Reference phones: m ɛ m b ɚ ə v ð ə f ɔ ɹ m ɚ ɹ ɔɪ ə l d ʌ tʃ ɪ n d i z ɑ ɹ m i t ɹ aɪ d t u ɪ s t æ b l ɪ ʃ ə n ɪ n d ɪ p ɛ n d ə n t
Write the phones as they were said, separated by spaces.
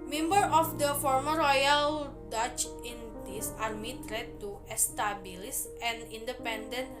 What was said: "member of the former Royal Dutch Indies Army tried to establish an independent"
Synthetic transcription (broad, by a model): m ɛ m b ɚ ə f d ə f ɔ ɹ m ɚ ɹ ɔɪ ə l d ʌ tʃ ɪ n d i s ɑ ɹ m i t ɹ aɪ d t u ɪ s t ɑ b l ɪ s ə n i n d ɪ p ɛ n d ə n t